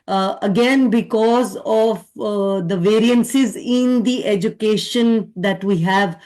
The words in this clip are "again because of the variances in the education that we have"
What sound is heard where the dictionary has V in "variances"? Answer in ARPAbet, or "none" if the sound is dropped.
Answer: V